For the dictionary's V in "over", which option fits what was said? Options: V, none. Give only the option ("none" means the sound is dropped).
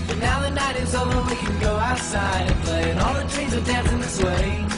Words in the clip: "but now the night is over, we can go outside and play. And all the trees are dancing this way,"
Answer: none